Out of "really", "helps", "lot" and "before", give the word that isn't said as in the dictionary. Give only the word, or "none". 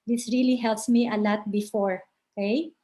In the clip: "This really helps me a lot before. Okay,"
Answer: none